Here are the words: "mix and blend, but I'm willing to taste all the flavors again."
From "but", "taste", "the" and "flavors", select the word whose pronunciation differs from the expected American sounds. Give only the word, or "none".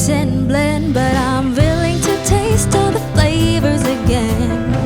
none